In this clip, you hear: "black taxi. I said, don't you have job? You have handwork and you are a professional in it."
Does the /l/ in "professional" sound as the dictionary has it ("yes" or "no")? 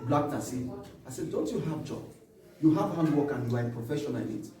no